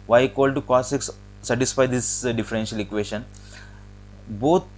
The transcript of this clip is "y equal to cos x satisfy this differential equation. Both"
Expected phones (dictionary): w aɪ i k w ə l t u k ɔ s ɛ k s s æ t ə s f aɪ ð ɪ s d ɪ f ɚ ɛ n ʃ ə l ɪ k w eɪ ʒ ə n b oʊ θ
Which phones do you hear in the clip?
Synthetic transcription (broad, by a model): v aɪ k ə l t u k ɔ s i k s s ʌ t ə s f aɪ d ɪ s d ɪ f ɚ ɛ n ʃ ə l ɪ k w eɪ ʃ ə n b oʊ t